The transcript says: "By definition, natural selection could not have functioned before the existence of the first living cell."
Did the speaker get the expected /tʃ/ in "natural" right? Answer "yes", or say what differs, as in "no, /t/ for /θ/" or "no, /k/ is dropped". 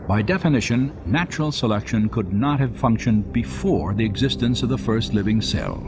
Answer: yes